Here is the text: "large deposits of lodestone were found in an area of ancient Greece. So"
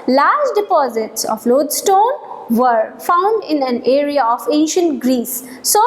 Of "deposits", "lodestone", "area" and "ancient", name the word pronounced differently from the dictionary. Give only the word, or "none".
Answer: none